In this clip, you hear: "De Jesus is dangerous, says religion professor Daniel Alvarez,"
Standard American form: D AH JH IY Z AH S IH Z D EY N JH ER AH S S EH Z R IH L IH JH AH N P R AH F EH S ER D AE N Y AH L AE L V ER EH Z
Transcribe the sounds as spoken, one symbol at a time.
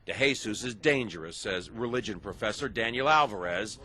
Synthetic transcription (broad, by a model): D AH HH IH S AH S IH Z D EY N JH ER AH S S EH Z R IH L IH JH AH N P R AH F EH S ER D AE N Y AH L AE L V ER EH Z